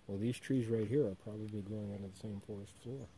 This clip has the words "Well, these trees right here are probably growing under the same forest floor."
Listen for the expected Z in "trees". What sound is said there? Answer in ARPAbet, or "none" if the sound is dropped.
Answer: Z